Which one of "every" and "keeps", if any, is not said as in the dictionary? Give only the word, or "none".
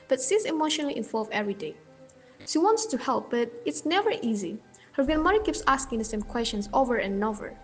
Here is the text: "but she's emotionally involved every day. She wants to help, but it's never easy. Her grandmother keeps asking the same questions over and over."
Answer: none